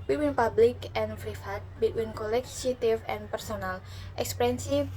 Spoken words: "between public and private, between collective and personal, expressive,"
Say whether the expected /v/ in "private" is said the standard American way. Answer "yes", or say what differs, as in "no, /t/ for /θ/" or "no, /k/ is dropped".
no, /f/ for /v/